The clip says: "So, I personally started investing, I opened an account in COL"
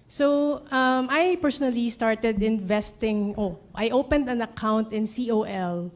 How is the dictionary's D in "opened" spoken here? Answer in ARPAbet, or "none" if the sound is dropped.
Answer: D